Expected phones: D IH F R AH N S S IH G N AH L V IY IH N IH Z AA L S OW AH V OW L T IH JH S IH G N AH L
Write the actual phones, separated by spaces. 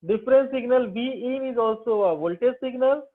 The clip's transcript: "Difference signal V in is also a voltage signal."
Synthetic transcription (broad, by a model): D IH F R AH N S S IH G N AH L B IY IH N IH Z AA L S OW AH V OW L T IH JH S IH G N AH L